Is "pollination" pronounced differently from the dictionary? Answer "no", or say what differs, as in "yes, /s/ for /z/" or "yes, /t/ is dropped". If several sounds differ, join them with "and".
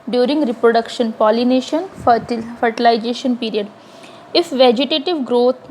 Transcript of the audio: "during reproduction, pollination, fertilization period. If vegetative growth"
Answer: no